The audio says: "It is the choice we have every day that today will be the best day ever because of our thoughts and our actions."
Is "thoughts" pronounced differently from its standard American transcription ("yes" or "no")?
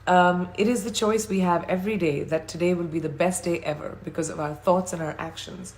no